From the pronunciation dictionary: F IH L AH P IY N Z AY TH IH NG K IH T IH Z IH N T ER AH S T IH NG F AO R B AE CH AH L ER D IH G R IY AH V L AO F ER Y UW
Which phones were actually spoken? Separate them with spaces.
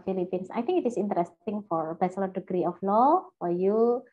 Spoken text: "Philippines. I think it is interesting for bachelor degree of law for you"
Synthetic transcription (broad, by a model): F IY L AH P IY N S AY T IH NG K IH T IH S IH N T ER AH S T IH NG F AO R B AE S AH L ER D IH G R IY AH F L AO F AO Y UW